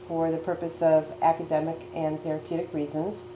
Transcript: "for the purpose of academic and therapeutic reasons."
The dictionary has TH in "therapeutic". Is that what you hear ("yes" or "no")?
yes